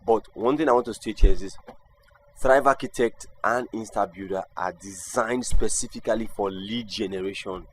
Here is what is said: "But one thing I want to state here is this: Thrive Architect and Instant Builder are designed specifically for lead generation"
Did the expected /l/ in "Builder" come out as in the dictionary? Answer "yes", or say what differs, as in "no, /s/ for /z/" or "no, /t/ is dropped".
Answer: no, /l/ is dropped